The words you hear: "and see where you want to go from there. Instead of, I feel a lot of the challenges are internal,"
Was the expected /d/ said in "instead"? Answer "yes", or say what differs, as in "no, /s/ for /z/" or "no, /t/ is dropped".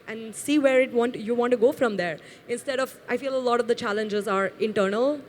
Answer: yes